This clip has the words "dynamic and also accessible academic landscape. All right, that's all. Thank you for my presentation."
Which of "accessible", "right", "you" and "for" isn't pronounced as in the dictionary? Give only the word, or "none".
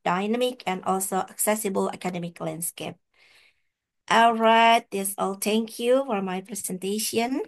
none